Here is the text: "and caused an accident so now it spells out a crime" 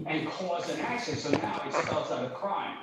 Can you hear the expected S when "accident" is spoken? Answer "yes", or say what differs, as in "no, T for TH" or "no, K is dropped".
no, SH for S